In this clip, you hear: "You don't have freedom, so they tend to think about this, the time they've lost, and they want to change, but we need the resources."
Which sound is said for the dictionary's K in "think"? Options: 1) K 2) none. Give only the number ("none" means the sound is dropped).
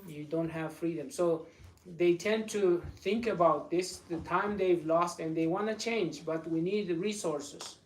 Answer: 1